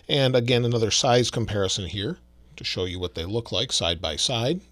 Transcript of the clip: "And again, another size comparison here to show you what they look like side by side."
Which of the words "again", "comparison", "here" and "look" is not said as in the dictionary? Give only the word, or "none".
none